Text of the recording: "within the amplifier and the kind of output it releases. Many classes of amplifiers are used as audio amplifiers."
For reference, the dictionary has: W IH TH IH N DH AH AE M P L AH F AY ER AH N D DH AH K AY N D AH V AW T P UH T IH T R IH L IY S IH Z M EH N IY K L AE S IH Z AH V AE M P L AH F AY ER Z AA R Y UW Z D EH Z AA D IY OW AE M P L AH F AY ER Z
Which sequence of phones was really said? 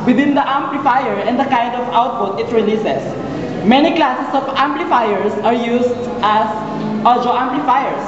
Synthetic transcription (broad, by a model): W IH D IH N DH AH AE M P L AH F AY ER AH N D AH K AY N D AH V AW T P UH T IH T R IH L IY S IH S M EH N IY K L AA S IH S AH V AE M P L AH F AY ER S AA R Y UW S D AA S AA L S OW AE M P L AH F AY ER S